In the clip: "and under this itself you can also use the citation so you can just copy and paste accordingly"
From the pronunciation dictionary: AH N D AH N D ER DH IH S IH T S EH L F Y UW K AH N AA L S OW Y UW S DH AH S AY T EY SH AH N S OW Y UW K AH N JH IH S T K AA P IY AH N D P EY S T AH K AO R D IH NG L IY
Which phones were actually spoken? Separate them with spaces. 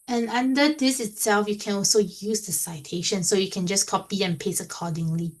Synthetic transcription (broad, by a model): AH N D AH N D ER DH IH S IH T S EH L F Y UW K AH N AA L S OW Y UW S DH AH S AY T EY SH AH N S OW Y UW K AH N JH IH S K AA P IY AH N P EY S AH K AO D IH NG L IY